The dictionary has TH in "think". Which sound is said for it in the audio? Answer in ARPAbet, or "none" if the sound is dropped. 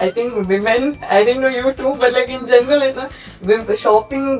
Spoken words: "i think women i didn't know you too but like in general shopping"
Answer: T